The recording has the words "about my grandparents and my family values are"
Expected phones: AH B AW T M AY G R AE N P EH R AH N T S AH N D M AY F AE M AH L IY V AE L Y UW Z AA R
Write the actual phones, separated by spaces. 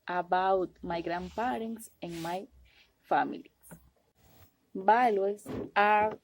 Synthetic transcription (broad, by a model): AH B AW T M AY G R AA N P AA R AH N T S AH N M AY F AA M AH L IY B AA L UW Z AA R